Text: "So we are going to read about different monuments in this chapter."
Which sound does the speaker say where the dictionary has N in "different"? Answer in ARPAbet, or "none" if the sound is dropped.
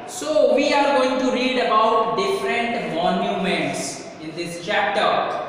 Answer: N